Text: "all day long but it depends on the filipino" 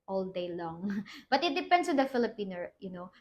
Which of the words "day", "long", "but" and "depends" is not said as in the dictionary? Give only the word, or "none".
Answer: depends